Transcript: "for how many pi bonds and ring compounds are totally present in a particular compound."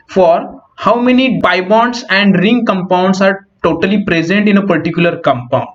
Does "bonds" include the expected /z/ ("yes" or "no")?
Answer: no